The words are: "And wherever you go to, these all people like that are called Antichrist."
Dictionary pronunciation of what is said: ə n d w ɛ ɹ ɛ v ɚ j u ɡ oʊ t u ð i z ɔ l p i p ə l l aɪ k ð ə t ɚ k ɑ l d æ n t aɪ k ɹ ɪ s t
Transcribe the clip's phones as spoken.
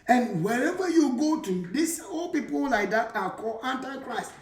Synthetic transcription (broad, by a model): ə n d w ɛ ɹ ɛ v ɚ j u ɡ oʊ t u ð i s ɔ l p i p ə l l aɪ k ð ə t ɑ k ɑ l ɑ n t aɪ k ɹ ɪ s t